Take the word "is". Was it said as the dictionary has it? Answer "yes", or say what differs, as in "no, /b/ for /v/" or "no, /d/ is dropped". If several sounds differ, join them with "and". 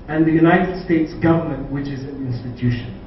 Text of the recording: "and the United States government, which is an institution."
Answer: yes